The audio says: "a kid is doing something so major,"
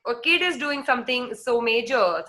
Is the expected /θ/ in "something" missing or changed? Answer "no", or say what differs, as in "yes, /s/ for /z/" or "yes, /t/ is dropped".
yes, /t/ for /θ/